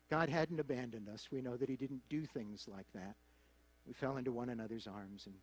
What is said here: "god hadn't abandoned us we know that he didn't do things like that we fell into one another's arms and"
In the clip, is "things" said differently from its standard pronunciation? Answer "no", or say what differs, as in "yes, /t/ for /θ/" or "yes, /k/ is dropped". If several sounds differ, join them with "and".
no